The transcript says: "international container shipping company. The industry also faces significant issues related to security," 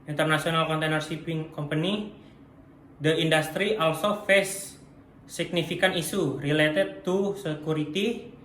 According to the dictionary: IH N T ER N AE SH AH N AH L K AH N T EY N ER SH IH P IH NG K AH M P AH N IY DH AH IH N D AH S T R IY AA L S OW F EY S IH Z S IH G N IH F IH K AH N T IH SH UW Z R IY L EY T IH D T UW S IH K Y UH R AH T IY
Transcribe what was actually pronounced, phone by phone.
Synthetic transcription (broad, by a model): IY N T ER N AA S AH N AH L K AH N T EY N ER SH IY P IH NG K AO M P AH N IY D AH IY N D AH S T R IY AA L S OW F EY S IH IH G N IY F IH K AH N IY S UW R IY L EY T IH D T UW S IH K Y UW R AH T IY